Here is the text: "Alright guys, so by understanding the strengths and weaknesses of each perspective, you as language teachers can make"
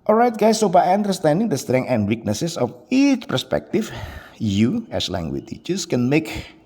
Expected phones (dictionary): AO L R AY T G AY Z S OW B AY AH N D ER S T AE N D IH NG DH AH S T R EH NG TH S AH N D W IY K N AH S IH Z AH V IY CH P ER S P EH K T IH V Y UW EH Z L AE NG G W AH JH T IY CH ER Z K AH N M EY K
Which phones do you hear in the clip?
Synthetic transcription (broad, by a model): AO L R AY T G AY S OW B AY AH N D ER S T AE N D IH NG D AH S T R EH NG AH N D W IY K N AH S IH S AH F IY CH P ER S P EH K T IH F Y UW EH S L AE NG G W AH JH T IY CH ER S K AH N M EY K